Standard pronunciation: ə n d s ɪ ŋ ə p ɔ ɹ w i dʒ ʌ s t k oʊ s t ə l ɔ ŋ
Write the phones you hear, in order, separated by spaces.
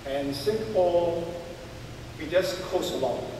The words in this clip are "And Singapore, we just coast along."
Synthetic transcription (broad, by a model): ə n s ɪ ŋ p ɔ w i dʒ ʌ s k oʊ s ə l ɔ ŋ